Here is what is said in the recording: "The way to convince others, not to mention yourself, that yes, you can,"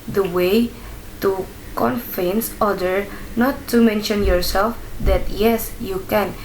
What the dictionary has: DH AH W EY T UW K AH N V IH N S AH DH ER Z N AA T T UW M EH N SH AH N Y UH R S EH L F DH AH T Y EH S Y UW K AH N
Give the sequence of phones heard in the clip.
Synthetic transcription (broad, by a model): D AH W EY T UW K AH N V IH N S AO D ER N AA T T UW M EH N SH AH N Y UH R S EH L F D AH T Y EH S Y UW K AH N